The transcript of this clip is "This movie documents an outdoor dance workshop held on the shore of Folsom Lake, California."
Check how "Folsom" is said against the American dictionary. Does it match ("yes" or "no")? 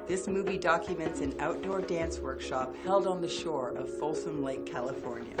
yes